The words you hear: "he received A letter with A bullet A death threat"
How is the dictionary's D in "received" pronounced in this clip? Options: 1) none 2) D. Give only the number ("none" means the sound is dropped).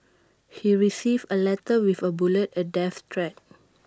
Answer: 1